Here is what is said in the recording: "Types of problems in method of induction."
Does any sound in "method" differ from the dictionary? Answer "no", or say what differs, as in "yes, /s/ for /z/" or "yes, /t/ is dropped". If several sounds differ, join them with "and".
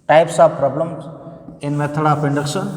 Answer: yes, /t/ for /θ/